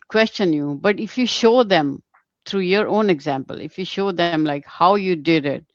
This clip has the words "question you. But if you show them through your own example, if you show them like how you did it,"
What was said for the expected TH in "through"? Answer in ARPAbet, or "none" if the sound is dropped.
T